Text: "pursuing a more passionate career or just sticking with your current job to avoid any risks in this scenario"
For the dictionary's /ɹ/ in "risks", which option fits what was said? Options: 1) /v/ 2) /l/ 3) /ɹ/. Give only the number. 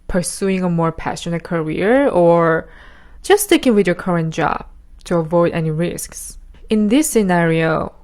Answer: 3